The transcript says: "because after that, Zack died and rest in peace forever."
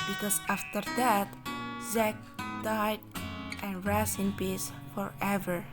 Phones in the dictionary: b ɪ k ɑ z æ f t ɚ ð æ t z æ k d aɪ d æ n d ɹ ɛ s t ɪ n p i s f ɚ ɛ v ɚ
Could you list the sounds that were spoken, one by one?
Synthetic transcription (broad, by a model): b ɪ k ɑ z æ f t ɚ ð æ t z æ k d aɪ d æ n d ɹ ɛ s ɪ n p i s f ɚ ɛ v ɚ